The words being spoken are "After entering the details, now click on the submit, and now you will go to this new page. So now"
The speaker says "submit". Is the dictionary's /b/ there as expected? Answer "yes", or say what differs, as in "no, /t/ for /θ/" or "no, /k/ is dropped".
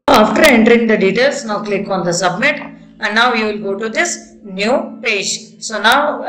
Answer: yes